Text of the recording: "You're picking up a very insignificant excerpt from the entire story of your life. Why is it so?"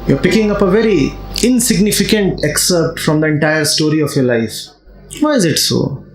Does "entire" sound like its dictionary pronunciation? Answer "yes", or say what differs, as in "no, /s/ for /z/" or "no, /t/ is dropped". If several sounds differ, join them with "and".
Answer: yes